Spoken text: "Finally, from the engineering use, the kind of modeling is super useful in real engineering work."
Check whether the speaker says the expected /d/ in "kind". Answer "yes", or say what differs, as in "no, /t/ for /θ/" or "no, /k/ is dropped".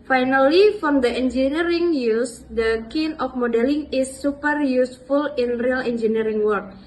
no, /d/ is dropped